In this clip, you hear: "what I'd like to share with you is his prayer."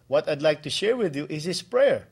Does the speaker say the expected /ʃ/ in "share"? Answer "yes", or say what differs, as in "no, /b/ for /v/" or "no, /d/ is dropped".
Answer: yes